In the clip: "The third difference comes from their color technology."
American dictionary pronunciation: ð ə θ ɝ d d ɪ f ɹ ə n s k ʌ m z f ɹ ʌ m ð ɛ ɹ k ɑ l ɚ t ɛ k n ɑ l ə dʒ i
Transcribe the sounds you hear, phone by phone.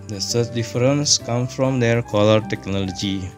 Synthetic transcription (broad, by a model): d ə s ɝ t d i f ɹ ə n s k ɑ m f ɹ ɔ m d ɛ ɹ k ɑ l ɚ t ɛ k n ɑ l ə dʒ i